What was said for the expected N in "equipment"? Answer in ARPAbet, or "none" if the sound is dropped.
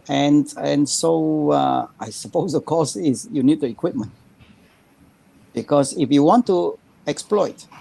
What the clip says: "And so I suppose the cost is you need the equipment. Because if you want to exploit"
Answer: N